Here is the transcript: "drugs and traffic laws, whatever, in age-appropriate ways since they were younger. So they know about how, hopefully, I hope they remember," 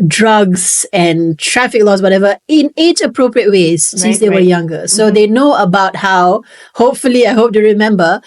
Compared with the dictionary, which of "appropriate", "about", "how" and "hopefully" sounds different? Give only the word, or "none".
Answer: none